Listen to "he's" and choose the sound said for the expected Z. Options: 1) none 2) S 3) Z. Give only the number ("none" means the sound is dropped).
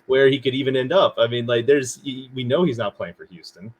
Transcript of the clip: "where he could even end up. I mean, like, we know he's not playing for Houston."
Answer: 3